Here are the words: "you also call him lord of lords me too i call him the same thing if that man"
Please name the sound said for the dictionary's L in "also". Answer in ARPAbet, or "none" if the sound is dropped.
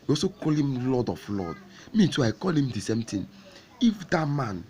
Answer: none